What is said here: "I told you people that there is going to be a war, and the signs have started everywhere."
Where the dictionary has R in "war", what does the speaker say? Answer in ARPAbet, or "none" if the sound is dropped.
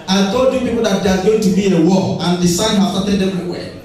L